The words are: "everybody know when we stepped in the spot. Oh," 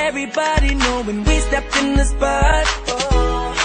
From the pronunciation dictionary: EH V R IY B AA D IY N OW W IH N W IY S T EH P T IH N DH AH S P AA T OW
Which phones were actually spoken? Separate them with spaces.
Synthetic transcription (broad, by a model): EH V R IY B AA D IY N OW W IH N W IY S T EH P T IH N DH AH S B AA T